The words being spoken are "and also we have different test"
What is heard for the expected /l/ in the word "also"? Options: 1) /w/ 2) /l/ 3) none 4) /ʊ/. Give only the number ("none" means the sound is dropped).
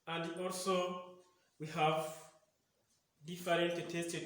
2